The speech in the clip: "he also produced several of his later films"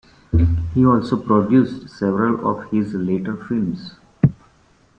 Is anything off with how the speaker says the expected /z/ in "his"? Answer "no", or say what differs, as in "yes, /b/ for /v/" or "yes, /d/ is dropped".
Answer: no